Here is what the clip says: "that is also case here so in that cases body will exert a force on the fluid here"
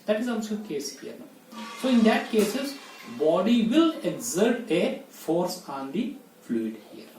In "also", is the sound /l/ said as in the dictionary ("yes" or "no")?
no